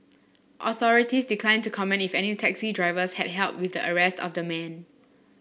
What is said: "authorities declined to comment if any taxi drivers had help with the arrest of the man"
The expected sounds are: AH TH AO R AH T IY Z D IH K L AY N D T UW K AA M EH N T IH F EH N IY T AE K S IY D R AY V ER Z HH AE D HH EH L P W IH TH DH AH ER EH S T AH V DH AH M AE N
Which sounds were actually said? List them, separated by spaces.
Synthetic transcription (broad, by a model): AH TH AO R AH T IY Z D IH K L AY N T UW K AA M EH N T IH F EH N IY T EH K S IY D R AY V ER S HH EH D HH EH L P W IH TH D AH ER EH S T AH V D AH M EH N